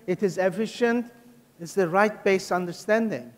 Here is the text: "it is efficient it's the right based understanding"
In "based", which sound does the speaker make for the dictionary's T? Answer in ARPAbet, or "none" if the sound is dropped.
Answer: none